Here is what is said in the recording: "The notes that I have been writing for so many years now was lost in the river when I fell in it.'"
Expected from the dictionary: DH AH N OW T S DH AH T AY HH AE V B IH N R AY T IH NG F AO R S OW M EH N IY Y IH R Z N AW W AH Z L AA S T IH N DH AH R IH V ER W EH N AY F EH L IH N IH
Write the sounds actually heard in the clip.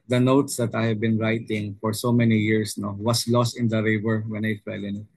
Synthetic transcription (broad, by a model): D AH N OW T S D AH T AY HH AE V B IH N R AY T IH NG F AO R S OW M EH N IY Y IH R S N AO W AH S L AA S T IH N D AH R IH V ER W EH N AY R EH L IH N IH